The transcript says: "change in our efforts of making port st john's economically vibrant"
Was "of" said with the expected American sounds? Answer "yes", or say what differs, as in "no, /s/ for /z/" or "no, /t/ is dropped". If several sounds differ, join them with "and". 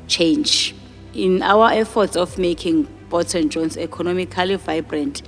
no, /f/ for /v/